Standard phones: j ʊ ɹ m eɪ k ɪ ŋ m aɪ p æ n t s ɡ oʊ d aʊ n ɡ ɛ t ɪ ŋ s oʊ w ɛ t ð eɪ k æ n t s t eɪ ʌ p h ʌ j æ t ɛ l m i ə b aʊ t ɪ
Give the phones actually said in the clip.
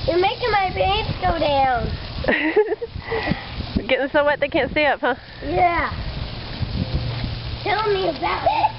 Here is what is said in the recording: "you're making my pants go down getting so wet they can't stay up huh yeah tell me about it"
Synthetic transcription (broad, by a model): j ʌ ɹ m eɪ k ɪ ŋ m aɪ b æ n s ɡ oʊ d aʊ n ɡ ɛ t ɪ ŋ s oʊ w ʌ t ð eɪ k æ n t s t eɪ ʌ p h ʌ j æ t ɛ l m i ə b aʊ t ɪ